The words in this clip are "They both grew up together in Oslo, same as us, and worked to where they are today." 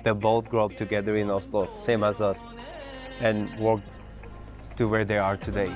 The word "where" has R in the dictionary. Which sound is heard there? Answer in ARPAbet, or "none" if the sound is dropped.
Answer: R